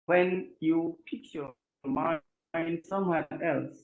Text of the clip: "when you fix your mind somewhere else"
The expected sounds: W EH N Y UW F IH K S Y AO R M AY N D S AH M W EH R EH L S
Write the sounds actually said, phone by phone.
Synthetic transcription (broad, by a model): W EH N Y UW P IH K Y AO M AY N D S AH M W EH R EH L S